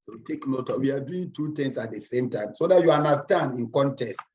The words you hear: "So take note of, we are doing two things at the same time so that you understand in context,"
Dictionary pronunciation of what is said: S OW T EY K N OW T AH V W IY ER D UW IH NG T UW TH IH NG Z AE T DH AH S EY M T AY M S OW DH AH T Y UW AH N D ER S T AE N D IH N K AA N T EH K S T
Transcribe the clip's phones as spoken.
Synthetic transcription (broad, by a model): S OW T EY K N OW T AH W IY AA D UW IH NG T UW T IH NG S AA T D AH S EY M T AY M S OW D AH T Y UW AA N D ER S T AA N D IH N K AA N T EH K S T